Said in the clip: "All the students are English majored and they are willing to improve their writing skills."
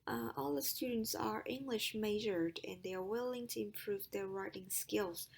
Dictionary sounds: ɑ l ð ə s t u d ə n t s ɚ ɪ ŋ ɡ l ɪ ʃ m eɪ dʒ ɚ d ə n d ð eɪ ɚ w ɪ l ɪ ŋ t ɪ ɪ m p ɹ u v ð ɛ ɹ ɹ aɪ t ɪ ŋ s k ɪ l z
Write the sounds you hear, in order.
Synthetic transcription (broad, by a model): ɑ l ð ə s t u d n t s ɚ ɪ ŋ ɡ l ɪ ʃ m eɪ ʒ ɚ d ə n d ð eɪ ɚ w ɪ l ɪ ŋ t ɪ ɪ m p ɹ u v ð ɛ ɹ ɹ aɪ t ɪ ŋ s k ɪ l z